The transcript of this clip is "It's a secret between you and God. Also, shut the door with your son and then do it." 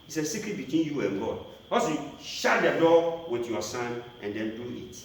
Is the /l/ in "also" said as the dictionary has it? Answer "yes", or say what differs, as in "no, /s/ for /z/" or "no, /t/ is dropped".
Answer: no, /l/ is dropped